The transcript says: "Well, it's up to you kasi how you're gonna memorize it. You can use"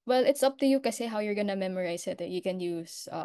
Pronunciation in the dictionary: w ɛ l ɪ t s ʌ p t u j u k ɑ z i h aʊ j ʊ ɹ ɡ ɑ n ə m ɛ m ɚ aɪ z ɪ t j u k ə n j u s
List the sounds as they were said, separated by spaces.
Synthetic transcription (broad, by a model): w ɛ l ɪ t s ʌ p t u j u k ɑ s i h aʊ j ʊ ɹ ɡ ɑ n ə m ɛ m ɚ aɪ s ɪ t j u k ə n j u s